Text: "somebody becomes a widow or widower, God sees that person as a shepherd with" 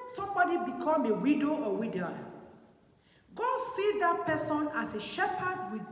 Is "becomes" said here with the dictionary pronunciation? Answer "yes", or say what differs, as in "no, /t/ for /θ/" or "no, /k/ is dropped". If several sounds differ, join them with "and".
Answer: no, /z/ is dropped